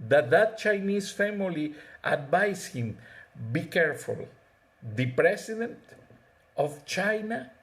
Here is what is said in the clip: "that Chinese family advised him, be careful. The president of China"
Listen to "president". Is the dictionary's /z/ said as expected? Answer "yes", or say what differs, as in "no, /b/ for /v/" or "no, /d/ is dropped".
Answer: no, /s/ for /z/